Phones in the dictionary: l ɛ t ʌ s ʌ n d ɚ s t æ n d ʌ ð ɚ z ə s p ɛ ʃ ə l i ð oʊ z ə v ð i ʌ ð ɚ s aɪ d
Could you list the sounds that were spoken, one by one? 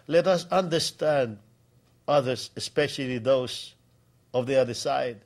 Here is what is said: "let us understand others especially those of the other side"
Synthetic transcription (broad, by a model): l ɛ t ʌ s ʌ n d ɚ s t æ n d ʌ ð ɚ s ə s p ɛ ʃ ə l i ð oʊ s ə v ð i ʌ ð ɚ s aɪ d